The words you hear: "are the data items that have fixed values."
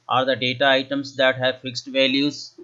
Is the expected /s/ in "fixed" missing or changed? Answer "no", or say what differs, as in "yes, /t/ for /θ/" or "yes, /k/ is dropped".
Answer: no